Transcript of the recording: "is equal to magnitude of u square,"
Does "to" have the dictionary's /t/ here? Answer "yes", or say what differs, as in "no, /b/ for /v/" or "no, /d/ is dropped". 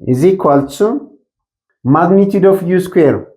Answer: no, /s/ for /t/